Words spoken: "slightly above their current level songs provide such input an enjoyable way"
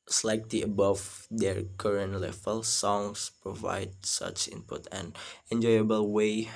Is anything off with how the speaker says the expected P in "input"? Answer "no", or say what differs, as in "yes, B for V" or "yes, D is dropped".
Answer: no